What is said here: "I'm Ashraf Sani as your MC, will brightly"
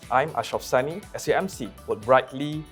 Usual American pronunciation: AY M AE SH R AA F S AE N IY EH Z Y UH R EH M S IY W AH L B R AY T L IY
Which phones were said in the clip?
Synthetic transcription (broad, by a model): AY M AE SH AA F S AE N IY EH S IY EH M S IY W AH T R AY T L IY